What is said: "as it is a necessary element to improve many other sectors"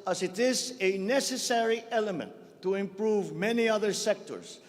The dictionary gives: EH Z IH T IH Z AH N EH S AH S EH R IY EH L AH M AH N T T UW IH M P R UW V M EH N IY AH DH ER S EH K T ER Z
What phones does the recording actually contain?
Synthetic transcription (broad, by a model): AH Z IH T IH Z AH N EH S AH S EH R IY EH L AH M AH N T T UW IH M P R UW V M EH N IY AH DH ER S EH K T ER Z